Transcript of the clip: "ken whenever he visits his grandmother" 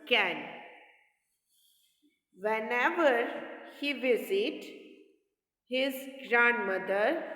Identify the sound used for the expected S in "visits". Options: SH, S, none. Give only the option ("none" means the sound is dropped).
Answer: none